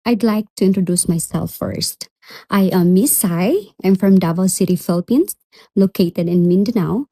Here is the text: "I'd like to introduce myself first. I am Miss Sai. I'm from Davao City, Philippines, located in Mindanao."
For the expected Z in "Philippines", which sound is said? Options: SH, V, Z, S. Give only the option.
S